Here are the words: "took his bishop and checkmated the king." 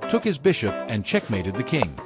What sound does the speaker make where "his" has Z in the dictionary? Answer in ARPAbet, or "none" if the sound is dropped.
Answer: Z